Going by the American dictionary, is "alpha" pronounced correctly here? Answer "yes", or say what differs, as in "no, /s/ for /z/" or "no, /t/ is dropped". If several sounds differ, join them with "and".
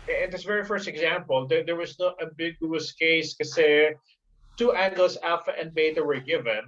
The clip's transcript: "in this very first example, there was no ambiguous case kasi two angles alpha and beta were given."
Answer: no, /l/ is dropped